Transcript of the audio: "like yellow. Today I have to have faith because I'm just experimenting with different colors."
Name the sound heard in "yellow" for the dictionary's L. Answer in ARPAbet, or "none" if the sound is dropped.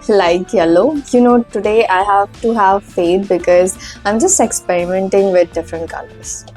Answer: N